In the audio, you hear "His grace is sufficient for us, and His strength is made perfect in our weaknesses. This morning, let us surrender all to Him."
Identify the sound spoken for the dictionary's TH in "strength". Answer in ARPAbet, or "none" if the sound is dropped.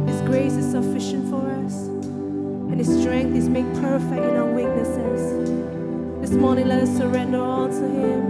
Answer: TH